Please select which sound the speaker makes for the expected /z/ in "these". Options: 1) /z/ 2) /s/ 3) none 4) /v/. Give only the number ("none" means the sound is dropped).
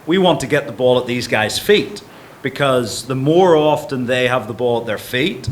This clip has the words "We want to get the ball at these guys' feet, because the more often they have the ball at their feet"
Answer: 1